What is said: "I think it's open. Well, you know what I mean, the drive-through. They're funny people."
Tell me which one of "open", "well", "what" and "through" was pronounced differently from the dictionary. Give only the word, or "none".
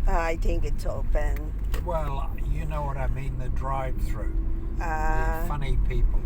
open